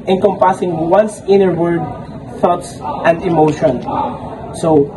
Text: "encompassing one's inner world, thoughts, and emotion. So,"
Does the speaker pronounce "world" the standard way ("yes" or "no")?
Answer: no